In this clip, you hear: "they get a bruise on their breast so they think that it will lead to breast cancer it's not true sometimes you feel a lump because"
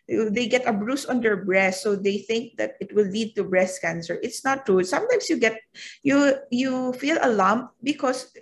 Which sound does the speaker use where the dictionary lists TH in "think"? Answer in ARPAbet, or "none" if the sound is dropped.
TH